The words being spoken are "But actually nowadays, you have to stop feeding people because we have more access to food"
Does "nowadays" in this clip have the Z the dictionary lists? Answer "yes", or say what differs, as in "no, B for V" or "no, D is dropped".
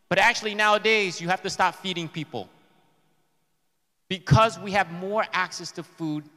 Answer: yes